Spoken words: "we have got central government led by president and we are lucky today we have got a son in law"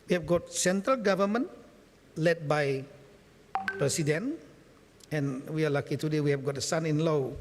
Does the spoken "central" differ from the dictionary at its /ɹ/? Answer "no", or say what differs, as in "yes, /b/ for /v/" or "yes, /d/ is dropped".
no